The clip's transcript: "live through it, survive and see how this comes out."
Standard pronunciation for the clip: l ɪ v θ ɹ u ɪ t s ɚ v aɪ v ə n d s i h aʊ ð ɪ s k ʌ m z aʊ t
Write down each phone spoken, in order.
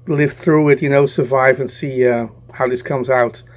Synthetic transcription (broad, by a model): l ɪ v θ ɹ u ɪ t s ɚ v aɪ v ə n s i h aʊ ð ɪ s k ʌ m z aʊ t